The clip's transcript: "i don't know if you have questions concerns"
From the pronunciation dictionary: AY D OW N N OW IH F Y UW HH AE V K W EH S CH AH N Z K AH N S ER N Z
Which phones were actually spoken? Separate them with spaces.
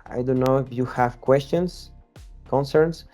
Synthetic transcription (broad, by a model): AY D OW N N OW IH F Y UW HH AE V K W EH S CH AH N S K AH N S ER N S